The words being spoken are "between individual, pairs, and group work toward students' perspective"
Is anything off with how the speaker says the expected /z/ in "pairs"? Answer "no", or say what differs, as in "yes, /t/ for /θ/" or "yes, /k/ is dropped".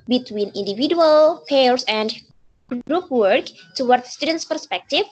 yes, /s/ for /z/